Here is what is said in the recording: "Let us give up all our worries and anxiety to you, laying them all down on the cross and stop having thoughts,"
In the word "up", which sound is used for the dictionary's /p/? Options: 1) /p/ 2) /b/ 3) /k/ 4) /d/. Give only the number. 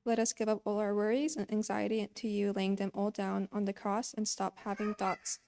1